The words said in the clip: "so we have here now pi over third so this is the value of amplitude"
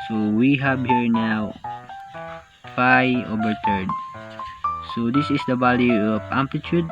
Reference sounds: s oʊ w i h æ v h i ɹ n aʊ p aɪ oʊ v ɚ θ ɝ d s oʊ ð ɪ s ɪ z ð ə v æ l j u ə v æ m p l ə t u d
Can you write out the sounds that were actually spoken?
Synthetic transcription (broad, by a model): s oʊ w i h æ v h i ɹ n aʊ f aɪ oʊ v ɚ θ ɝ d s oʊ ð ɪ s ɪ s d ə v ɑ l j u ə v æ m p l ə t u d